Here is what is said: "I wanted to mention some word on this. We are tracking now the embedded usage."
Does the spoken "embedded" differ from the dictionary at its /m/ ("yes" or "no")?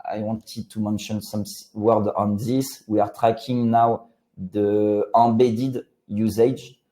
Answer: yes